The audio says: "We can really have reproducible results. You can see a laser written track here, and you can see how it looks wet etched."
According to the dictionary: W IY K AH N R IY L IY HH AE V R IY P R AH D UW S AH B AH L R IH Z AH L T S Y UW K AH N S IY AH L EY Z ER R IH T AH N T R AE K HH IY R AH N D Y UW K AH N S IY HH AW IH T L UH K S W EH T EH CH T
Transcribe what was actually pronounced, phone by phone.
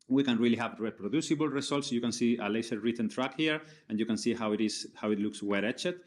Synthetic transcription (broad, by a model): W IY K AH N R IY L IY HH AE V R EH P R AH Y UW S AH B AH L R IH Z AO L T S Y UW K AH N S IY AH L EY S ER R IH T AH N T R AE K HH IY R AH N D Y UW K AH N S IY HH AW IH T L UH K S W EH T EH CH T